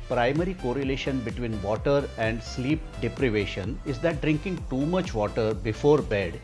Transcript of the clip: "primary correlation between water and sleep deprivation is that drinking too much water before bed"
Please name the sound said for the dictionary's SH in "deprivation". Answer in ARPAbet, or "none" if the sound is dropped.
SH